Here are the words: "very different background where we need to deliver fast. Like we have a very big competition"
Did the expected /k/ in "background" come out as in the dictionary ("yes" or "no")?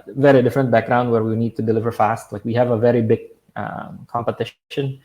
yes